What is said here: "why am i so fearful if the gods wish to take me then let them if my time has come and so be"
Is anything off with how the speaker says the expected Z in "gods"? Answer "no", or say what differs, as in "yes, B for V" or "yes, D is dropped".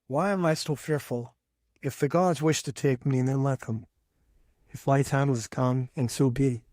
no